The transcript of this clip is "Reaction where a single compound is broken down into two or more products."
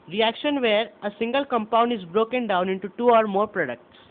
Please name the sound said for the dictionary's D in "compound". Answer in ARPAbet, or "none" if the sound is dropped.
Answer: D